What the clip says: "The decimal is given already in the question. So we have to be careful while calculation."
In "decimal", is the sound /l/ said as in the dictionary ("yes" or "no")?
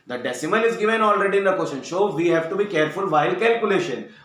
no